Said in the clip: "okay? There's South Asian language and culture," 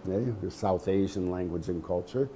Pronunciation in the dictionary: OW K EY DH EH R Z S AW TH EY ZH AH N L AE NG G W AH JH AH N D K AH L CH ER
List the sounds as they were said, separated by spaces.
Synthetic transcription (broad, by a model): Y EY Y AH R S AW TH EY ZH AH N L AE NG G W AH JH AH N K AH L CH ER